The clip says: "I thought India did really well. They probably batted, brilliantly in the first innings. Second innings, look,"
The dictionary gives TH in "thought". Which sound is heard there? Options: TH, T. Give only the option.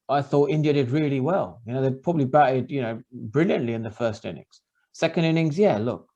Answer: TH